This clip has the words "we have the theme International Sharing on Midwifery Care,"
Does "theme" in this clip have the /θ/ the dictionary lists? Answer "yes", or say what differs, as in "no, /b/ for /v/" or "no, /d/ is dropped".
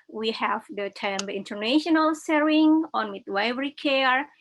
no, /t/ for /θ/